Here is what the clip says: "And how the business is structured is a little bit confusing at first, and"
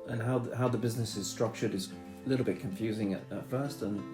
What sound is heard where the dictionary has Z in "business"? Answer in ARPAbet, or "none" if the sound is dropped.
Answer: Z